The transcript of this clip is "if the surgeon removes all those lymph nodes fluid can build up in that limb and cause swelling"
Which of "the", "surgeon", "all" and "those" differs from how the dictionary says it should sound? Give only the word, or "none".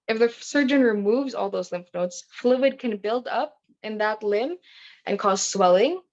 none